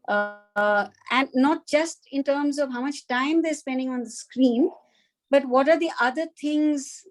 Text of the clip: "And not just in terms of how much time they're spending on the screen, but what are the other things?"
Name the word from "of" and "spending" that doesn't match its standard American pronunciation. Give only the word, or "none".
none